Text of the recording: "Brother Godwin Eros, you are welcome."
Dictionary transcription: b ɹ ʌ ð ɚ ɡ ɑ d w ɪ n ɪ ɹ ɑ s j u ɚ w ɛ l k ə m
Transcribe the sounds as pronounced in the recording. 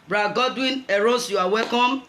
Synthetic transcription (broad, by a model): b ɹ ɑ ɡ ɑ d w ɪ n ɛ ɹ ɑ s j u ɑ w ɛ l k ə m